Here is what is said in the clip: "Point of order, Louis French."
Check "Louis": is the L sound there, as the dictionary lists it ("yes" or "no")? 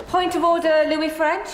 yes